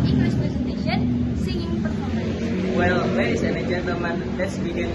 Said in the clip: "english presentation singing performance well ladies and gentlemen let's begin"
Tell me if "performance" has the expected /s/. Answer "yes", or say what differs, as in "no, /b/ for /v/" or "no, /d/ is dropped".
no, /s/ is dropped